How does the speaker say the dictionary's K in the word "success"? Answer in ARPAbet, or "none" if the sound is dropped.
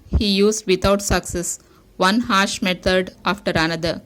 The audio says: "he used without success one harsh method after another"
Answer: K